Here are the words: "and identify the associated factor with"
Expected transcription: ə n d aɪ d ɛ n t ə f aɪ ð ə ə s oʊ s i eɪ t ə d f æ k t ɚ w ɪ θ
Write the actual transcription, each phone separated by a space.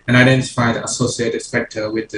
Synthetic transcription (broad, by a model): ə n aɪ d ɛ n t ə f aɪ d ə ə s oʊ s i eɪ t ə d p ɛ k t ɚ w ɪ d